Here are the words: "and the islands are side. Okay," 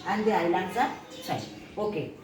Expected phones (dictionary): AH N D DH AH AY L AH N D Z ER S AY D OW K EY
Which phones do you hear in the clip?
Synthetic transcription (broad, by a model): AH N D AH AY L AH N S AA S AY OW K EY